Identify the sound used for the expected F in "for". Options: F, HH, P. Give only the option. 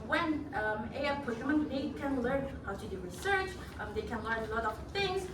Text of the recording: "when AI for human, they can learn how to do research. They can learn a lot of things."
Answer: P